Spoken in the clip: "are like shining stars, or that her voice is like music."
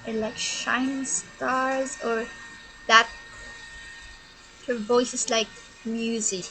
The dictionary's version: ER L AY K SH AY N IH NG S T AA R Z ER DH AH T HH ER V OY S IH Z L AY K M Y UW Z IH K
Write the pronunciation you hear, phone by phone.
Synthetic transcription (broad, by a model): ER L AY K SH AY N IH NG S T AA R Z ER DH AH T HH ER V OY S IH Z L AY K M Y UW Z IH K